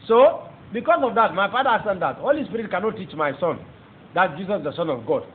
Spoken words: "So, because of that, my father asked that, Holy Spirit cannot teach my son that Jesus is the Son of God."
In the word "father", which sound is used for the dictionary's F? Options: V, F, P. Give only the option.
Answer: P